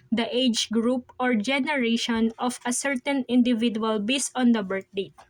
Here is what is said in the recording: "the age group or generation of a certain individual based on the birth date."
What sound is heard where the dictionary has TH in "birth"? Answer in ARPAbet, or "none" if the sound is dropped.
T